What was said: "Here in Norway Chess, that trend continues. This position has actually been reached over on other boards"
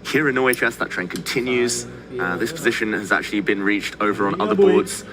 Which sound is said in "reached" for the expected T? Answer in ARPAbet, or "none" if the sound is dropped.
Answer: T